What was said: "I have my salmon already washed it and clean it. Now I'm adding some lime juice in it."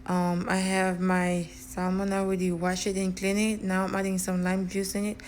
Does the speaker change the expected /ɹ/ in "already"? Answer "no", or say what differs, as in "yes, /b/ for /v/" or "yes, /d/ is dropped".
yes, /w/ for /ɹ/